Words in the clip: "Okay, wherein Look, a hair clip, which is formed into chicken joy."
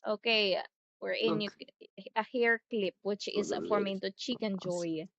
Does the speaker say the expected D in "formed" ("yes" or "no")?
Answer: no